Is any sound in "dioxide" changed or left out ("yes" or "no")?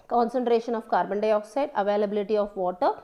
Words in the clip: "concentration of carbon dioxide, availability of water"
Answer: no